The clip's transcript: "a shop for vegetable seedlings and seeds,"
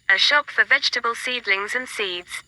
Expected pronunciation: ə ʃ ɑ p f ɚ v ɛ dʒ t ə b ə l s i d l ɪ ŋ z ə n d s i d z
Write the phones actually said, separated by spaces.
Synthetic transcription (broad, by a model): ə ʃ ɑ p f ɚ v ɛ dʒ t ə b ə l s i d l ɪ ŋ z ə n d s i d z